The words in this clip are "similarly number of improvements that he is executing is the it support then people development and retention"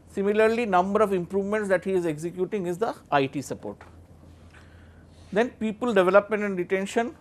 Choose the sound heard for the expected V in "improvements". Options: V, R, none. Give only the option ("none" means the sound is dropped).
V